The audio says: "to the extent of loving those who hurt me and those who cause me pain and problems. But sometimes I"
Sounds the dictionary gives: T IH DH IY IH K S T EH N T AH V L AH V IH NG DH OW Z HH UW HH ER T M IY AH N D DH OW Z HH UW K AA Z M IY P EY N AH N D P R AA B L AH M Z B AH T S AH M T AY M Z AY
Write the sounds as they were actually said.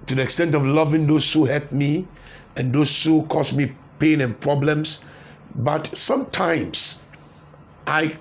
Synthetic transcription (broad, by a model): T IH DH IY IH K S T EH N T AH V L AH V IH NG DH OW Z HH UW HH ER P M IY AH N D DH OW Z HH UW K AA S M IY P EY N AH N P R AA B L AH M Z B AH T S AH M T AY M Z AY